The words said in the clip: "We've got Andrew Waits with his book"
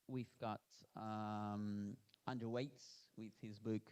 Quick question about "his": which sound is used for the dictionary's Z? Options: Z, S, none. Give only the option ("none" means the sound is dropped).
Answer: Z